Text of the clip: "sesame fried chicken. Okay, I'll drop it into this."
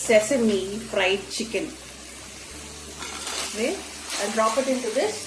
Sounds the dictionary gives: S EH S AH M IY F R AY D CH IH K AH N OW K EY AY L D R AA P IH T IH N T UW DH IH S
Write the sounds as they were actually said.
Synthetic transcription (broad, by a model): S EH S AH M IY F R AY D CH IH K AH N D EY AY N D R AA P IH T IH N T UW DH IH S